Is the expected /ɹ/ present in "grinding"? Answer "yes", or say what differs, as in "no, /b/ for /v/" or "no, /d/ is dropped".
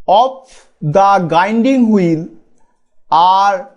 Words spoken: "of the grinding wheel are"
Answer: no, /ɹ/ is dropped